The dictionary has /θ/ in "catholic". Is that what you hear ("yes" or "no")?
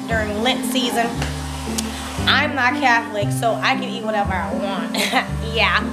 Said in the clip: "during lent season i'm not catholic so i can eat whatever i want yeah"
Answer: yes